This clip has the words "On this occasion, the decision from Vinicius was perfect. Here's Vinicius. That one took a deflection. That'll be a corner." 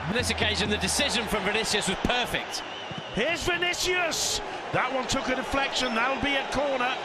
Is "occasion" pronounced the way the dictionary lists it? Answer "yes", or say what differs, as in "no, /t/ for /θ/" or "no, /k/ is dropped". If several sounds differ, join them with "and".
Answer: yes